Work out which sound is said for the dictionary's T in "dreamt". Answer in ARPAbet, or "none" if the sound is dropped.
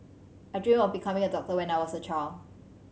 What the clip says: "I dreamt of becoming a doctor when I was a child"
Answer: none